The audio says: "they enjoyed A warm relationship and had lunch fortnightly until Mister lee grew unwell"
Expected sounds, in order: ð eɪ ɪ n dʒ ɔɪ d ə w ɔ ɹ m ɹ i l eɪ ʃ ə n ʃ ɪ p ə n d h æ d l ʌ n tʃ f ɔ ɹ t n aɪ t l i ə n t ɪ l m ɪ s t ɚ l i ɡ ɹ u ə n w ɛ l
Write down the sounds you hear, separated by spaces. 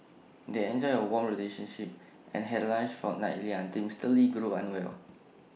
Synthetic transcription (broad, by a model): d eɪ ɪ n dʒ ɔɪ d ə w ɔ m ɹ i l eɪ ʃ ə n ʃ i p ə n h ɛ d l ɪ n s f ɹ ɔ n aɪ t l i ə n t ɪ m s t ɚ l i ɡ ɹ u ə n w ɛ l